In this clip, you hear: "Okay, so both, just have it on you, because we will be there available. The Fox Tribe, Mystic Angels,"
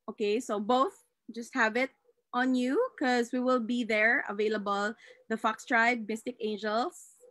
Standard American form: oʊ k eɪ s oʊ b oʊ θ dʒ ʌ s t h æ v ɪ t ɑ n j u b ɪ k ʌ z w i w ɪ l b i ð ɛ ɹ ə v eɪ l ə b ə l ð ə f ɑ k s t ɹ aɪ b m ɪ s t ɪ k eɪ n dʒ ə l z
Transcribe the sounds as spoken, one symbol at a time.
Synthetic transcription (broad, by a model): oʊ k eɪ s oʊ b oʊ θ dʒ ʌ s t h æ v ɪ t ɑ n j u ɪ k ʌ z w i w ɪ l b i ð ɛ ɹ ə v eɪ l ə b ə l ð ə f ɑ k s t ɹ aɪ b m ɪ s t ɪ k eɪ n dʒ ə l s